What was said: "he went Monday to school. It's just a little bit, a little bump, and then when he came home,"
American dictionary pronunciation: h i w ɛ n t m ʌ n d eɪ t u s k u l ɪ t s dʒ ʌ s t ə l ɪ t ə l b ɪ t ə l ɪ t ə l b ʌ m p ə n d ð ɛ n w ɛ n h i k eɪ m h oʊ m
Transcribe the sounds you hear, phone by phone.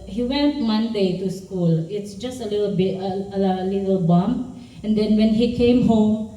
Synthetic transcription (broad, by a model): h i w ɛ n t m ʌ n d eɪ t u s k u l ɪ t s dʒ ʌ s t ə l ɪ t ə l b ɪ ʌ ə l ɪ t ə l b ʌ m ə n d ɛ n w ɛ n h i k eɪ m h oʊ m